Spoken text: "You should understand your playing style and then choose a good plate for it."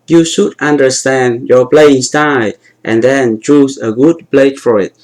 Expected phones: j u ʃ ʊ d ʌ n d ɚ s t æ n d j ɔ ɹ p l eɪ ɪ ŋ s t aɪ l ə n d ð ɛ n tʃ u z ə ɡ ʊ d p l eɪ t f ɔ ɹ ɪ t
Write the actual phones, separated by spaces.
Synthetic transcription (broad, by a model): j u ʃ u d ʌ n d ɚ s t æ n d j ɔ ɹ p l eɪ ɪ ŋ s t aɪ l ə n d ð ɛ n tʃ u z ə ɡ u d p l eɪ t f ɔ ɹ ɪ t